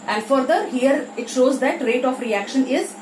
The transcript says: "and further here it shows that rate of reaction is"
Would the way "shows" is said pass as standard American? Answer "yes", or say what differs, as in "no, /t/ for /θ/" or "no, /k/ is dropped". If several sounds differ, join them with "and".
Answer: yes